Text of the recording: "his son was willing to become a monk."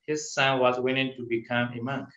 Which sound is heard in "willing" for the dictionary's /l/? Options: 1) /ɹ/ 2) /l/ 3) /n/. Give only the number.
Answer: 3